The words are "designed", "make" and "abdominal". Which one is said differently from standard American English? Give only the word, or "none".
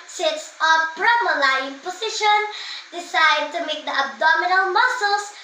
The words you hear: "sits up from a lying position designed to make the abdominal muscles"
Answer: designed